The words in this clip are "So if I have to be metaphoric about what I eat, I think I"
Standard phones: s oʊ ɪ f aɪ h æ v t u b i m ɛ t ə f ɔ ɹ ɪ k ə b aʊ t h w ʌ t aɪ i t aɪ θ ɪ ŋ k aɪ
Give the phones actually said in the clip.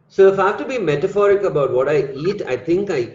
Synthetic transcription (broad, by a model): s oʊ ɪ f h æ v t u b i m ɛ t ə f ɔ ɹ ɪ k ə b aʊ t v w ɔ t aɪ i t aɪ t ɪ ŋ k aɪ